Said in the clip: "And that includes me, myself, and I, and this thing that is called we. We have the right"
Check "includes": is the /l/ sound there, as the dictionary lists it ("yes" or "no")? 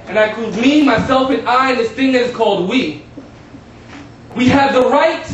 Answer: no